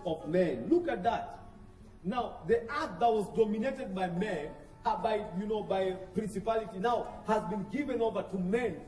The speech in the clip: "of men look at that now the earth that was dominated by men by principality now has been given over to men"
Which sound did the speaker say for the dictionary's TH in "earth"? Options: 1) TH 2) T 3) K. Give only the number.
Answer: 2